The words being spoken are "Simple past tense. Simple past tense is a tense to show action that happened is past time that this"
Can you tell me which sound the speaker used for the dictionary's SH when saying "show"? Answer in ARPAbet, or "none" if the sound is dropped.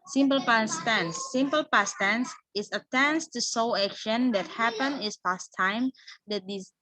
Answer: S